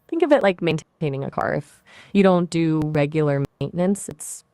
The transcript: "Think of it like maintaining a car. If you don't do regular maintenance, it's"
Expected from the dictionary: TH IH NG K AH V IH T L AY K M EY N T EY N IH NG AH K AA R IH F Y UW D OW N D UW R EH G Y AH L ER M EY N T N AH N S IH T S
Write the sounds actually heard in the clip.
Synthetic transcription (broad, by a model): TH IH NG K AH V IH T L AY K M EY N T EY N IH NG AH K AA R IH F Y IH D OW N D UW R EH G Y L ER M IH N N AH N S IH T S